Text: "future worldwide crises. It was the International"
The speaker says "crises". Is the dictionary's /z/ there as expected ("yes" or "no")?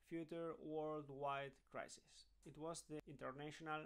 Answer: no